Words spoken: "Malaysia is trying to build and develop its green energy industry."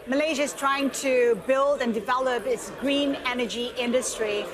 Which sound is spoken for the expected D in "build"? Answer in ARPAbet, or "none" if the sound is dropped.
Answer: D